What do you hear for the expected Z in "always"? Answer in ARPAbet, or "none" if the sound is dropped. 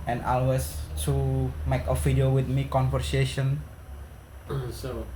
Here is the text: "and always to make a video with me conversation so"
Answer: S